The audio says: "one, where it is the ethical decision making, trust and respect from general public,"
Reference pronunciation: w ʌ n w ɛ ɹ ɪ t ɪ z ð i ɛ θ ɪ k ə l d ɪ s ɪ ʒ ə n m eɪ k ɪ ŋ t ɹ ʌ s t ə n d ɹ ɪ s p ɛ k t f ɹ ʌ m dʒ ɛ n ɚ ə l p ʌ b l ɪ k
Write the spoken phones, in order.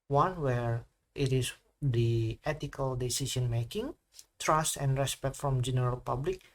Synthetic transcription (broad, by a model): w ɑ n w ɛ ɹ ɪ t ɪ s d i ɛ t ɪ k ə l d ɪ s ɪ s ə n m eɪ k ɪ ŋ t ɹ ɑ s t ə n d ɹ ɪ s p ɛ k t f ɹ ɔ m dʒ ɛ n ɚ ə l p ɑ b l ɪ k